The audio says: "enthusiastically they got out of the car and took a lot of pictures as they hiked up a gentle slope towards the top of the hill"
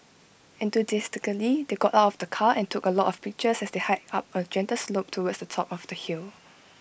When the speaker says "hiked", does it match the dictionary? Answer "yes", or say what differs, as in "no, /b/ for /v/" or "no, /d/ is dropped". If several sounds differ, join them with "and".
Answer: no, /k/ is dropped